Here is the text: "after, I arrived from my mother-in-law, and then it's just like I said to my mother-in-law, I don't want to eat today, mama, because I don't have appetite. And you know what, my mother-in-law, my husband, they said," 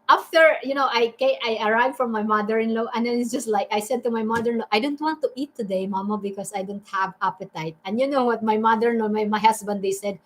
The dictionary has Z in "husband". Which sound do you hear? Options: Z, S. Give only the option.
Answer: S